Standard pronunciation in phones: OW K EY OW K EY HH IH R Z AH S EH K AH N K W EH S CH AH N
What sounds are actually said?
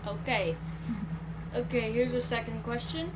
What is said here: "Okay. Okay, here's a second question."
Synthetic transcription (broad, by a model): OW K EY OW K EY HH IH R Z AH S EH K AH N K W EH S CH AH N